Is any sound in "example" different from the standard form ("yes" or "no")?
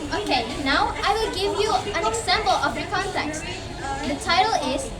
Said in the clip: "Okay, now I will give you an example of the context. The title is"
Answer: yes